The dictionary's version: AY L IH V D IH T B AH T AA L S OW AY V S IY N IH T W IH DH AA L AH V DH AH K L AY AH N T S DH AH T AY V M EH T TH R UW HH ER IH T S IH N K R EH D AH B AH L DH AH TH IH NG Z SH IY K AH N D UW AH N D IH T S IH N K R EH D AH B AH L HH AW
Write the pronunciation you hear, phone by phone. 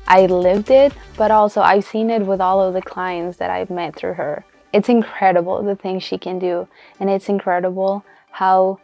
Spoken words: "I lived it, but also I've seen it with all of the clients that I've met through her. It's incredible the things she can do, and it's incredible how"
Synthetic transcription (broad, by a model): AY L IH V D IH T B AH T AA L S OW AY V S IY N IH T W IH DH AA L AH V DH AH K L AY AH N T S DH AH T AY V M EH T TH R UW ER IH T S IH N K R EH D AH B L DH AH TH IH NG Z SH IY K AH N D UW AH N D IH T S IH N K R EH D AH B L HH AW